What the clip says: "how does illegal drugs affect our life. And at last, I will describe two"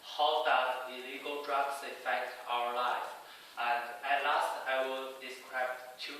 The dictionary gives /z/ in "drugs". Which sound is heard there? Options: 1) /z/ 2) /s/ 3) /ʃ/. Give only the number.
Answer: 2